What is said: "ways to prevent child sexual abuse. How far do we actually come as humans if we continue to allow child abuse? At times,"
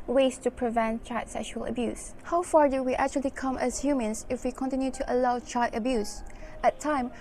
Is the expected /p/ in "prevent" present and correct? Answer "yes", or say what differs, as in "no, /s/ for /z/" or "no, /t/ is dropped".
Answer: yes